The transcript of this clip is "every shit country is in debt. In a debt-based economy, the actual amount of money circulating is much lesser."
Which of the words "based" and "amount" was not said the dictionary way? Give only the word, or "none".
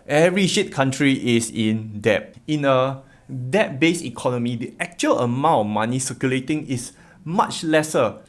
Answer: based